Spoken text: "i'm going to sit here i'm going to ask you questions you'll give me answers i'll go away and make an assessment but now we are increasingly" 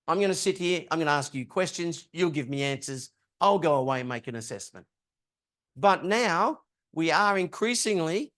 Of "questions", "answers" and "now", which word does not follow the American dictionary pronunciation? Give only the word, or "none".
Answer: none